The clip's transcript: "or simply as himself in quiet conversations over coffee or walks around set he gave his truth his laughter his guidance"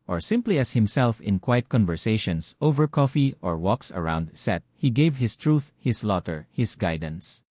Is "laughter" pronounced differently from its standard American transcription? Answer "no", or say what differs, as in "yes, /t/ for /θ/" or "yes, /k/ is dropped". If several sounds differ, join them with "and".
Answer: yes, /f/ is dropped